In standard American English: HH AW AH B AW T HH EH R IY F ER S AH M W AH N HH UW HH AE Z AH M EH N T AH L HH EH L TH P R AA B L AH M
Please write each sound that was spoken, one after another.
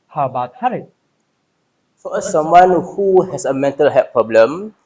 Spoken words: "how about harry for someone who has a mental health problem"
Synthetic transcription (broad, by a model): HH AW AH B AW T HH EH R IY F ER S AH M W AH N HH UW HH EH S AH M EH N T AH L HH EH P R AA B L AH M